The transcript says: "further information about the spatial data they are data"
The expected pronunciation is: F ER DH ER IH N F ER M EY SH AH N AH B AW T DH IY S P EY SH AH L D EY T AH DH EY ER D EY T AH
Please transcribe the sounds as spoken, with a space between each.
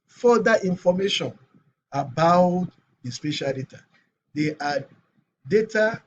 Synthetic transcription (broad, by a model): F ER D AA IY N F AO M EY SH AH N AH B AW T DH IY S P EY SH AH L D EY T AH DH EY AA D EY T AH